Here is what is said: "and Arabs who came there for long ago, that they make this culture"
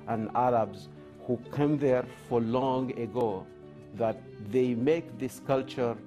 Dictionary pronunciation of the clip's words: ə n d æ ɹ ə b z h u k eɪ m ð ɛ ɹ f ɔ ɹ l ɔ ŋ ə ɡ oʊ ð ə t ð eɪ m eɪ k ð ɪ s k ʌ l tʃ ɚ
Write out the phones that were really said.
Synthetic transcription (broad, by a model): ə n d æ ɹ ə b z h u k eɪ m ð ɛ ɹ f ɔ ɹ l ɔ ŋ ə ɡ oʊ ð ə t ð eɪ m eɪ k ð ɪ s k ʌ l tʃ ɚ